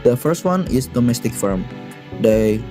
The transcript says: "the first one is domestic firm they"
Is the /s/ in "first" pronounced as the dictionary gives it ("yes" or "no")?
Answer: yes